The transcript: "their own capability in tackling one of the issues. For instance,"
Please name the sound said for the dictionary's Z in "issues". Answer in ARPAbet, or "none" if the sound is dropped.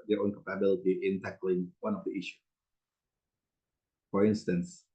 none